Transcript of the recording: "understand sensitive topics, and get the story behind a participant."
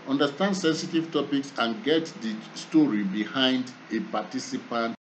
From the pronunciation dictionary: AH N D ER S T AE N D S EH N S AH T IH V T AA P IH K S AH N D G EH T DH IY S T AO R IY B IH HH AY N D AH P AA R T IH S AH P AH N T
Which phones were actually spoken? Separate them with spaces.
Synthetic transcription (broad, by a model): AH N D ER S T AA N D S EH N S AH T IH V T AA P IH K S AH N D G EH T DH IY S T AO R IY B IH HH AY N D AH P AA T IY S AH P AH N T